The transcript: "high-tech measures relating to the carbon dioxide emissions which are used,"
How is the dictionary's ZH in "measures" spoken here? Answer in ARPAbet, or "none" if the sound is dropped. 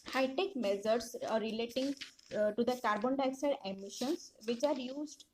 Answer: Z